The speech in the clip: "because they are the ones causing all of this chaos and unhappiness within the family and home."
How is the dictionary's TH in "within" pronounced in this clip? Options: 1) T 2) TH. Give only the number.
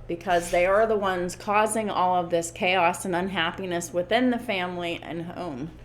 2